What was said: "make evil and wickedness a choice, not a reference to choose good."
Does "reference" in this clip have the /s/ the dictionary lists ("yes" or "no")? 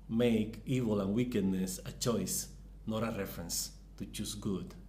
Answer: yes